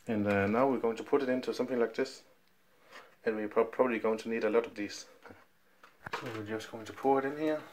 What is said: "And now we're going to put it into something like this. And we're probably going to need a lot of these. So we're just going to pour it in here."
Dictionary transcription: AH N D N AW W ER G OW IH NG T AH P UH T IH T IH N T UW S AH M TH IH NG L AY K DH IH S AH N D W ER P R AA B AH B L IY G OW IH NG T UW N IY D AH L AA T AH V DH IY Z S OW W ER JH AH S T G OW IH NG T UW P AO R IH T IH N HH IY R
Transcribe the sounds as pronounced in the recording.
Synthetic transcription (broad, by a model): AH N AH N AW W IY G OW IH NG T AH P UH T IH T IH N T UW S AH M TH IH NG L AY K DH IH S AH N W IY P R AA B AH B L IY G OW IH NG T UW N IY D AH L AA T AH V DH IY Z S OW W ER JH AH S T G OW IH NG T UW P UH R IH T IH N HH IY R